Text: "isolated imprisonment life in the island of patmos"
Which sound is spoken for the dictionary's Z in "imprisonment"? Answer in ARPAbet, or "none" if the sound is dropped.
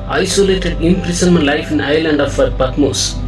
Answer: S